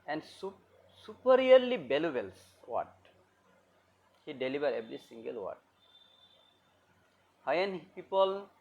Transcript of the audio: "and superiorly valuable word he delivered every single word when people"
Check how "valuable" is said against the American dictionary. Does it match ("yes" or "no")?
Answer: no